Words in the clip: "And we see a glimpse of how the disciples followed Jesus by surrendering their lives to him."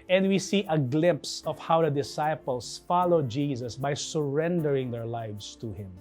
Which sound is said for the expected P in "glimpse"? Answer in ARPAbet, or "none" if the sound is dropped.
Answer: P